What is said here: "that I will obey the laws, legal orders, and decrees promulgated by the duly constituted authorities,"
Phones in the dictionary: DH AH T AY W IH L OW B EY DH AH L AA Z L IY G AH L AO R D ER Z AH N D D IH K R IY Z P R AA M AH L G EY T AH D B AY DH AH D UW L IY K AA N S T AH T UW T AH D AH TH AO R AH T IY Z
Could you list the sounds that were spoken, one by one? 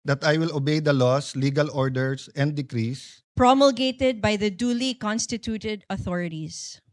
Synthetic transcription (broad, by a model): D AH T AY W IH L OW B EY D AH L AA S L IY G AH L AO R D ER S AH N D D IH K R IY S P R AA M AH L G EY T AH D B AY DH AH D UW L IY K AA N S T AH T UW T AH D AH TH AO R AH T IY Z